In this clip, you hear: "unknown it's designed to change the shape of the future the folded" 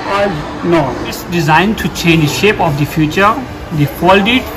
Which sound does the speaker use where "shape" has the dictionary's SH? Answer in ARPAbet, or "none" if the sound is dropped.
SH